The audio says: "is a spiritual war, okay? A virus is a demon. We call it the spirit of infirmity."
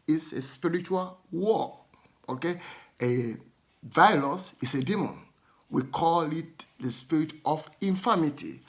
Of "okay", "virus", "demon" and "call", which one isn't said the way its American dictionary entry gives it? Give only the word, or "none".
virus